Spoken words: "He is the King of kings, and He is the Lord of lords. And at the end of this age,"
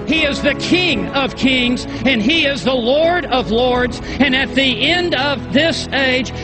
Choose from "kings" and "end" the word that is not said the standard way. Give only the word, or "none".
none